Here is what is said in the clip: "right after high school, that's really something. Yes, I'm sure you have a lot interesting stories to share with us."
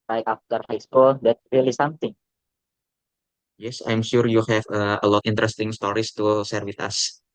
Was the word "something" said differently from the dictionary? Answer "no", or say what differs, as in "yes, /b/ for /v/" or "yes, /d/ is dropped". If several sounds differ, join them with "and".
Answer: yes, /t/ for /θ/